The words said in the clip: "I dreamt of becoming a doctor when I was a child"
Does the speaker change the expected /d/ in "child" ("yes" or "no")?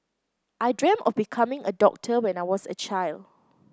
no